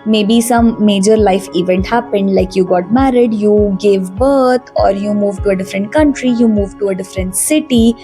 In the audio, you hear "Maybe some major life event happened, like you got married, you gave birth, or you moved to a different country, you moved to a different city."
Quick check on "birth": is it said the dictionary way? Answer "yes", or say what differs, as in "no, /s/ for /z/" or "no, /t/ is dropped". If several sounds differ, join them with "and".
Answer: no, /t/ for /θ/